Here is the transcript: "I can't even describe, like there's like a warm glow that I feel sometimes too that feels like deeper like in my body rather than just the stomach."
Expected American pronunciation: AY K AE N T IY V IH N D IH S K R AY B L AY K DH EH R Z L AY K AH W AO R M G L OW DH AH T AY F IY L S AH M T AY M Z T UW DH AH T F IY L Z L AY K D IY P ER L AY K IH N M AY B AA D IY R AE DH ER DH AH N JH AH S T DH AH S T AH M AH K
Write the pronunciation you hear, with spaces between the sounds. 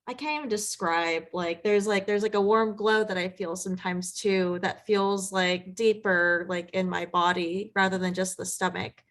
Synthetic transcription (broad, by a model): AY K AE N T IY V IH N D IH S K R AY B L AY K DH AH R Z L AY K AH W AO R M G L OW DH AH T AY F IY L S AH M T AY M Z T UW DH AH T F IY L Z L AY K D IY P ER L AY K IH N M AY B AA D IY R AE DH ER DH AH N JH AH S T DH AH S T AH M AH K